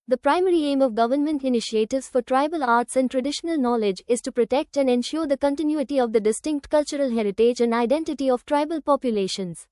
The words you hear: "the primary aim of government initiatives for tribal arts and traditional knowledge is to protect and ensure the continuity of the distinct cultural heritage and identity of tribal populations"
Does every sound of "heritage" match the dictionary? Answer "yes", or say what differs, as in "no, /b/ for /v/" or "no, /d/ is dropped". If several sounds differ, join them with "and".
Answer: yes